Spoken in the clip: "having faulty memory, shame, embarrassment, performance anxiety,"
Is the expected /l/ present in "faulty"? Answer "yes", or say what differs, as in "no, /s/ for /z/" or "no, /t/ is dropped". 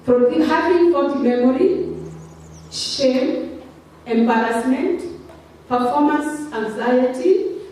no, /l/ is dropped